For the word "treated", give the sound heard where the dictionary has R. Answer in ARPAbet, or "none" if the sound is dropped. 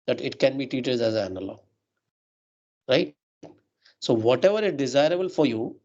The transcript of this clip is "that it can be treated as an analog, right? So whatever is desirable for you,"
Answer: none